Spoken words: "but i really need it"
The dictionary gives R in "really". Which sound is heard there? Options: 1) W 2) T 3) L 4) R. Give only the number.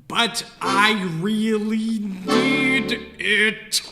4